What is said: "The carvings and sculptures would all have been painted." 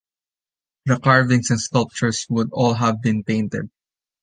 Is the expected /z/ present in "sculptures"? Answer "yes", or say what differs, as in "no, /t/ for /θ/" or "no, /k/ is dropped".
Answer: no, /s/ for /z/